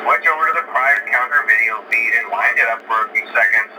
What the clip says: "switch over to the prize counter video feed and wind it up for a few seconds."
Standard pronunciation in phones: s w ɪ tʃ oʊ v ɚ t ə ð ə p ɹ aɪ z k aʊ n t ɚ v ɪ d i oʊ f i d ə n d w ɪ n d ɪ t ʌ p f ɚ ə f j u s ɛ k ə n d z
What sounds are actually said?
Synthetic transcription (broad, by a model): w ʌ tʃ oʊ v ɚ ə ð ə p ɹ aɪ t k aʊ n t ɚ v ɪ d i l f i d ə n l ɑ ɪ n d ɪ t ʌ p f ɚ ə f j u s ɛ k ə n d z